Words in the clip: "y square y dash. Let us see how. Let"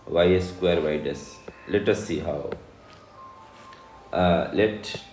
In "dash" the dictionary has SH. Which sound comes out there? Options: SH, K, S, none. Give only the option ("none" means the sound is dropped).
S